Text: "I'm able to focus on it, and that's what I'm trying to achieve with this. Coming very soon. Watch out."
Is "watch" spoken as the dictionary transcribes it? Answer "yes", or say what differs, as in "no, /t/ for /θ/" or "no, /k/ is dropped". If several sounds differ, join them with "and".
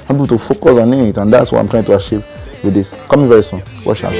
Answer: no, /ʃ/ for /tʃ/